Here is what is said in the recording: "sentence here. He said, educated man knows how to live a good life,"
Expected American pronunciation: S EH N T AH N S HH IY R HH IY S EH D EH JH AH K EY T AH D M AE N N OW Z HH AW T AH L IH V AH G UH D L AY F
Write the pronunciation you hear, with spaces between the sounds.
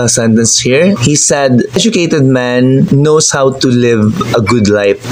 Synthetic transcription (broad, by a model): S EH N T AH N S HH IY R HH IY S EH D EH JH AH K EY T AH D M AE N N OW S HH AW T AH L IH V AH G UH D L AY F